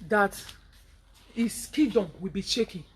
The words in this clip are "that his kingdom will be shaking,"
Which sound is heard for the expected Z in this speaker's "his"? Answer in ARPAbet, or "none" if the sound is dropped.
S